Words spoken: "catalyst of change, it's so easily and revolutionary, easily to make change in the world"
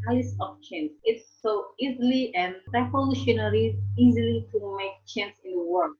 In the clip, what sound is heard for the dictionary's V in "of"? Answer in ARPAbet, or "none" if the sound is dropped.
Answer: P